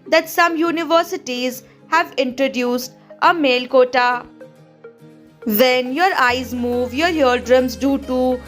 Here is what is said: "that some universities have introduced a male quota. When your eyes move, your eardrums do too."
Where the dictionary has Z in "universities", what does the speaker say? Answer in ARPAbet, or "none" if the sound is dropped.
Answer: Z